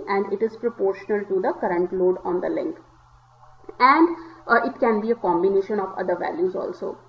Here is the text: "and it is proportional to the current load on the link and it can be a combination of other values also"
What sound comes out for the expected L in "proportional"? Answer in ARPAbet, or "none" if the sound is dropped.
L